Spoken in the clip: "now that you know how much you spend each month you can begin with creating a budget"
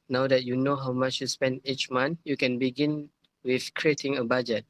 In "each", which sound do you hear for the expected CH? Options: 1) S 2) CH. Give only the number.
2